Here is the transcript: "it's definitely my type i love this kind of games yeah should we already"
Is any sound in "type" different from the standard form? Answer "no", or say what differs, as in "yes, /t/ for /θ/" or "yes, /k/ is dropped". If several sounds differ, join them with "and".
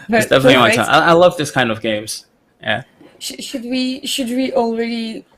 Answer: yes, /p/ is dropped